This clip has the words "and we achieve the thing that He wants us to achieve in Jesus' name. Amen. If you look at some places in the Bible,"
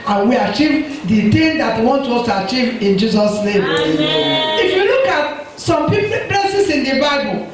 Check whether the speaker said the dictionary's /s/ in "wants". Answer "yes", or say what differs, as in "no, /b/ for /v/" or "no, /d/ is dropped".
no, /s/ is dropped